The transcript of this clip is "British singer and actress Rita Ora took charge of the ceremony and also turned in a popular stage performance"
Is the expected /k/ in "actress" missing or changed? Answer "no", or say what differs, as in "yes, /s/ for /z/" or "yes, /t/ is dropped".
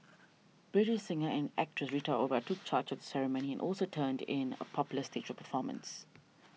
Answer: no